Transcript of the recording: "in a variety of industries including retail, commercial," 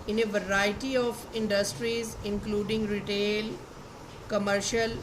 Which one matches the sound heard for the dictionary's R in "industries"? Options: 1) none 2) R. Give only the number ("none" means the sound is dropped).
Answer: 2